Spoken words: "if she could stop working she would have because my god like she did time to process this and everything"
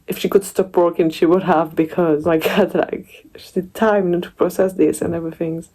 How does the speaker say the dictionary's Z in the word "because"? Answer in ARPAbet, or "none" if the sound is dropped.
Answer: Z